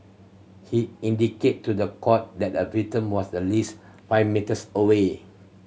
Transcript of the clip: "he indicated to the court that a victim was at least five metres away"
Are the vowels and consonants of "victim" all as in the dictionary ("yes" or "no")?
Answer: no